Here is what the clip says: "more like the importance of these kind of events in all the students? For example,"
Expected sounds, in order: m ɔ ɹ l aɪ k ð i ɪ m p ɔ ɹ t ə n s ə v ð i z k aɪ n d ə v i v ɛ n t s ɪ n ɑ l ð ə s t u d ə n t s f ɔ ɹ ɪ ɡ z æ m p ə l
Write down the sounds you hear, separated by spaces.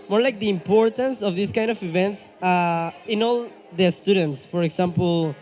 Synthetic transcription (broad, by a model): m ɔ ɹ l aɪ k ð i ɪ m p ɔ ɹ t ə n s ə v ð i s k aɪ n d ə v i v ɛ n t s ɪ n ɑ l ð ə s t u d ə n t s f ɔ ɹ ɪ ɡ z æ m p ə l